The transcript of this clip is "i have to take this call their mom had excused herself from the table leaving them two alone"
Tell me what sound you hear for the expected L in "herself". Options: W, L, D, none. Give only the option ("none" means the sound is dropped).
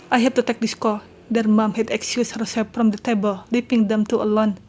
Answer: none